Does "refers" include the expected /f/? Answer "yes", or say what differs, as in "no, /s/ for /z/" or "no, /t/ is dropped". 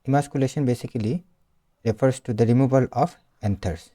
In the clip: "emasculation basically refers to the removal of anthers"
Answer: no, /p/ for /f/